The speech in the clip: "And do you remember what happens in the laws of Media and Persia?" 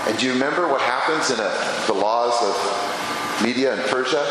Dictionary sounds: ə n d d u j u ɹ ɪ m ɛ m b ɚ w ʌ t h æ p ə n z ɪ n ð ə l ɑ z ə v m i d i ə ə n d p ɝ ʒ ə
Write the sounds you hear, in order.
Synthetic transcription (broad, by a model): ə n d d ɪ j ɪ ɹ ɪ m ɛ m b ɚ w ʌ t h æ p ə n z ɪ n ð ə l ɑ z ə v m i d i ə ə n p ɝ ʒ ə